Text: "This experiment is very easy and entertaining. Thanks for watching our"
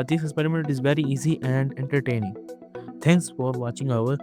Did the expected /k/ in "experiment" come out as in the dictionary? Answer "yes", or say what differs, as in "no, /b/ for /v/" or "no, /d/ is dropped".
no, /k/ is dropped